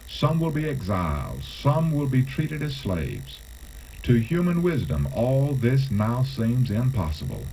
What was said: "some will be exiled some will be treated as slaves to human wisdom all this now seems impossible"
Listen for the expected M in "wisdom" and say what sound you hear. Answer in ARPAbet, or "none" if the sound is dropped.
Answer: M